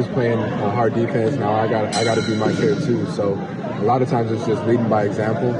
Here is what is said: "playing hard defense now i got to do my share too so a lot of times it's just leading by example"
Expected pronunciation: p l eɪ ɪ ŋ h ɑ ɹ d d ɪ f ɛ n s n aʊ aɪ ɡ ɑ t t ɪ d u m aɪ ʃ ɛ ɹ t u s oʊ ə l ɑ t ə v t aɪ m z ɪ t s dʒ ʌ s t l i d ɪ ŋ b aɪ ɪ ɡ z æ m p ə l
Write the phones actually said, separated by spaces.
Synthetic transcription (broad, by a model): p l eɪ ɪ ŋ h ɑ ɹ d d ɪ f ɛ n s n aʊ aɪ ɡ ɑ t t ɪ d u m aɪ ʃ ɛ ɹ t u s oʊ ə l ɑ t ə v t aɪ m z ɪ t s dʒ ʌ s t l i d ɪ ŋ b aɪ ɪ ɡ z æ m p l